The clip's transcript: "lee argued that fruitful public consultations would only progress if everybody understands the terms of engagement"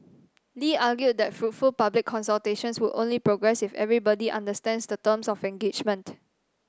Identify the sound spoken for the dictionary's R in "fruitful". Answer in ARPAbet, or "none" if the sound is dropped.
R